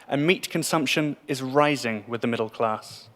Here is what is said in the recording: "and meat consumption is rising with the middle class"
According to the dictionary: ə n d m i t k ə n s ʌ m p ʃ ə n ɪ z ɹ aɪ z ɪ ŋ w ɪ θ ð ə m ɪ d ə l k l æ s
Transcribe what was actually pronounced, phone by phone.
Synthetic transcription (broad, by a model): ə n m i t k ə n s ʌ m p ʃ ə n ɪ z ɹ aɪ z ɪ ŋ w ɪ ð ə m ɪ d ə l k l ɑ s